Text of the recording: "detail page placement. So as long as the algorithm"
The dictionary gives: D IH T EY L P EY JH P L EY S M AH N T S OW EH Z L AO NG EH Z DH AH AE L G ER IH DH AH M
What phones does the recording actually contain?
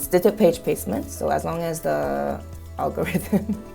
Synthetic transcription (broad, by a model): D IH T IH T P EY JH P EY S M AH N T S OW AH Z L AO NG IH Z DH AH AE L G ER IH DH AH M